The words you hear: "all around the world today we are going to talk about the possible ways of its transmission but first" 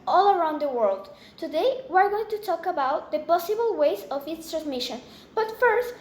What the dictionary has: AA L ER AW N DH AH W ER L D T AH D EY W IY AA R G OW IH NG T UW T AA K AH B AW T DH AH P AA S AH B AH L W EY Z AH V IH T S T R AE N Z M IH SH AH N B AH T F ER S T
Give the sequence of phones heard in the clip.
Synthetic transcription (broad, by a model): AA L ER AW N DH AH W ER L D T AH D EY W IY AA R G OW IH NG T UW T AA K AH B AW T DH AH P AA S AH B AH L W EY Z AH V IH T S T R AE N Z M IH SH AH N B AH T F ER S T